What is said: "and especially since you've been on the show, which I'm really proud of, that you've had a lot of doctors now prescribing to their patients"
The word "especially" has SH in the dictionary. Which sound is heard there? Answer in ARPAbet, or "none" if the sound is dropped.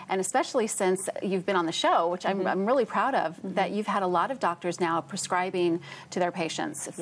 SH